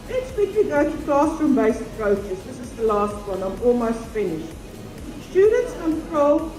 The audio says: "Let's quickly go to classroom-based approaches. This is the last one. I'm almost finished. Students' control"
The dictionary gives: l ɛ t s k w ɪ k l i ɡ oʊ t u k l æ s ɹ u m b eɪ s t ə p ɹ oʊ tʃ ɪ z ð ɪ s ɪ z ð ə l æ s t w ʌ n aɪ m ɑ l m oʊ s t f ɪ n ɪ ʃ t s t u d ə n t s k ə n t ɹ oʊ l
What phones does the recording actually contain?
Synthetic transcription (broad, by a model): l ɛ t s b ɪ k i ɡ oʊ t u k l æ s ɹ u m b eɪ s ə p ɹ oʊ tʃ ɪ s ð ɪ s ɪ z ð ə l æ s t w ʌ n aɪ m ɑ l m oʊ s t f ɪ n ɪ ʃ t s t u d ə n t s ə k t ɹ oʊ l